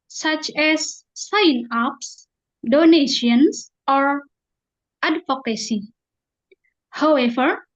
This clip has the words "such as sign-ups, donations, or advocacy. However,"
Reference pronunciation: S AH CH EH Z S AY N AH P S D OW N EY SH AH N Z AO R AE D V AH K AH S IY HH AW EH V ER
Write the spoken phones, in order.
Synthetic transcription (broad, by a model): S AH CH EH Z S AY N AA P S D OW N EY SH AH N S AO R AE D F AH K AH S IY HH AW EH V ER